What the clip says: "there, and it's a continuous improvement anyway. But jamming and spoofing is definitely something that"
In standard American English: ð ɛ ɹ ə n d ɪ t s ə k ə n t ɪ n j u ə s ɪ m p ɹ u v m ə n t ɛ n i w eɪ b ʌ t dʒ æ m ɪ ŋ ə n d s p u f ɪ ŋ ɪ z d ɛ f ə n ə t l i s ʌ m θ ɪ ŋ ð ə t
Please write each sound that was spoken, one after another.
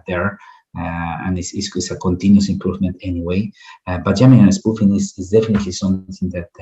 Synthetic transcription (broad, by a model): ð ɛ ɹ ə n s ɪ s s ə k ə n t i n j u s ɪ m p ɹ u v m ə n t ɛ n i w eɪ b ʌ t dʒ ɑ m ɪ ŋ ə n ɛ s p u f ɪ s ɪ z d ɛ f ə n ə t l i s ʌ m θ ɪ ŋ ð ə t